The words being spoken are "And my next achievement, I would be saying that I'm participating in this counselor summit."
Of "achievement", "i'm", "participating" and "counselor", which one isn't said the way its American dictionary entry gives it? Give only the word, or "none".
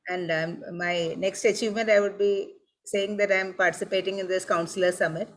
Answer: none